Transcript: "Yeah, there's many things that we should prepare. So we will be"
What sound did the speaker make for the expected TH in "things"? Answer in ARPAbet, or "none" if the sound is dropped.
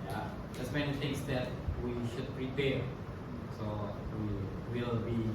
T